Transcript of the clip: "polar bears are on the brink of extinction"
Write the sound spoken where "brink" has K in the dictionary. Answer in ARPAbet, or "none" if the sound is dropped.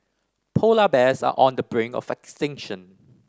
none